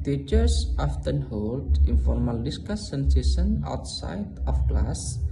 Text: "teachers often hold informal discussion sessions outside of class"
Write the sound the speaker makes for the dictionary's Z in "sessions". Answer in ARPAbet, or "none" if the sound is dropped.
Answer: none